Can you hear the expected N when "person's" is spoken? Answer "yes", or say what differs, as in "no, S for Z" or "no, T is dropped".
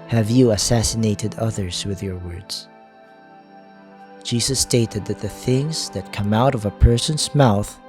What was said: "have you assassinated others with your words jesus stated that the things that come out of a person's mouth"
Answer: yes